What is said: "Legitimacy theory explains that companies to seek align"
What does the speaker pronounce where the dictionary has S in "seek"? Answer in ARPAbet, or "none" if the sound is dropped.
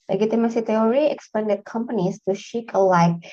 SH